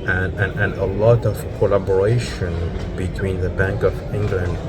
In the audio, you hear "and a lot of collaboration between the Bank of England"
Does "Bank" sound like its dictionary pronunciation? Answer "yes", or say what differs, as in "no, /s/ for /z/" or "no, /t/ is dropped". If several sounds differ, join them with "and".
yes